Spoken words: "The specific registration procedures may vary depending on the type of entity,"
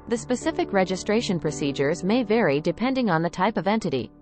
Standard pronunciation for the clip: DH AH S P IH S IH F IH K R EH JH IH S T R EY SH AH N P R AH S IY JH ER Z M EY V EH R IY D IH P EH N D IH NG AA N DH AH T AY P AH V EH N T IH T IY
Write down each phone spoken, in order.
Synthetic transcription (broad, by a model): DH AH S P IH S IH F IH K R EH JH IH S T R EY SH AH N P R AH S IY JH ER Z M EY V EH R IY D IH P EH N D IH NG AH N DH AH T AY P AH V EH N T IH T IY